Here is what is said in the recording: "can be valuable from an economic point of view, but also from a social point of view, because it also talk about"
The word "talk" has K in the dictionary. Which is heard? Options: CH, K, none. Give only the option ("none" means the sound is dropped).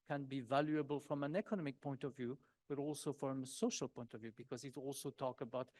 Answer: K